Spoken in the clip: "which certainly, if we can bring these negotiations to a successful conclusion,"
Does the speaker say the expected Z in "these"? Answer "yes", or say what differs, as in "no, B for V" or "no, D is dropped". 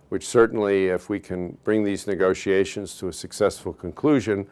yes